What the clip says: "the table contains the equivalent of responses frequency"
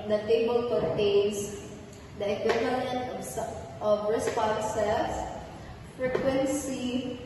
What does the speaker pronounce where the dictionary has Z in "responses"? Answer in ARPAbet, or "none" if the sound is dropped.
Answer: S